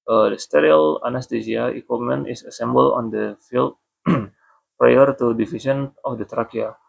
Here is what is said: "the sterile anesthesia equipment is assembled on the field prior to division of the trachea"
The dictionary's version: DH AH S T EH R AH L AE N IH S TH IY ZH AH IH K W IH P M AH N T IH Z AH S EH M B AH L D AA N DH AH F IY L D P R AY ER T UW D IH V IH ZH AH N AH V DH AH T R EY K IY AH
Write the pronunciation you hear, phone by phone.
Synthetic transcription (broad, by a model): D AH S T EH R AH L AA N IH S T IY S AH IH K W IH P M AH N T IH S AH S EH M B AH L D AA N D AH F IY L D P R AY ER T UW D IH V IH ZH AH N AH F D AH T R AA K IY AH